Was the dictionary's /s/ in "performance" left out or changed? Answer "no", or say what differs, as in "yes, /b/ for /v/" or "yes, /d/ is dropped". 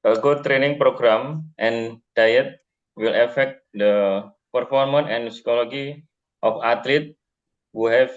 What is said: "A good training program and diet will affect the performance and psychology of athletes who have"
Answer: yes, /s/ is dropped